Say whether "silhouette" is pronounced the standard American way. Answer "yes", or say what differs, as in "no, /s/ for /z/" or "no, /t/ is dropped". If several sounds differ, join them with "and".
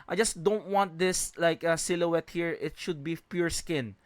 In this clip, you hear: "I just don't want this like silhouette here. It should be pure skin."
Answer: yes